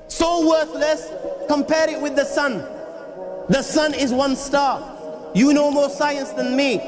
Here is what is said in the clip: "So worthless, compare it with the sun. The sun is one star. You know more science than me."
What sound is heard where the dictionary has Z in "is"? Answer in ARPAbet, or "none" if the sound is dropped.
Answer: Z